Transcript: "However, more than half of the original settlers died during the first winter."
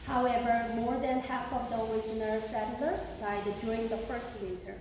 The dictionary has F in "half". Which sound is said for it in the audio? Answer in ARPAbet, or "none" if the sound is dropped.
F